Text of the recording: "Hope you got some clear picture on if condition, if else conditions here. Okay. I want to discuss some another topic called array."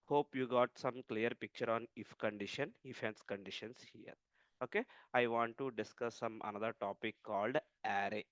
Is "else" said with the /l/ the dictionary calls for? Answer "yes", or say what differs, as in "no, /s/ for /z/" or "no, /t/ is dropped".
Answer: no, /n/ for /l/